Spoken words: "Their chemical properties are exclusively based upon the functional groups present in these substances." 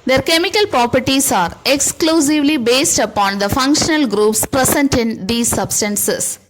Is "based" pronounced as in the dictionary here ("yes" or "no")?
yes